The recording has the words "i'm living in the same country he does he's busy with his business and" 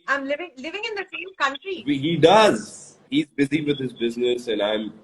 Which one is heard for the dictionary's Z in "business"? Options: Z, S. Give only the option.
Z